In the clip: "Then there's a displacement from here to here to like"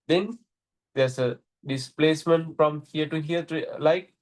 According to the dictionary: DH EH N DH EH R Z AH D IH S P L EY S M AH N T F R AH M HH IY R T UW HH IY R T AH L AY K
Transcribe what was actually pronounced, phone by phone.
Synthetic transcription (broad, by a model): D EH N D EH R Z AH D IH S P L EY S M AH N T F R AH M HH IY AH T UW HH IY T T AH L AY K